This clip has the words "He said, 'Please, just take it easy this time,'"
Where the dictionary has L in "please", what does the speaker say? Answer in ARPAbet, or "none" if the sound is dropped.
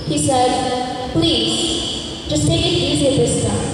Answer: L